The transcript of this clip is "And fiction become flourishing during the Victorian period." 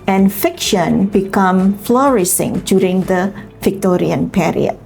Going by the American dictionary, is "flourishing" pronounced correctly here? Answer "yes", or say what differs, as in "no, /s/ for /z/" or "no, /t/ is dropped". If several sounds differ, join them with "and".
no, /s/ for /ʃ/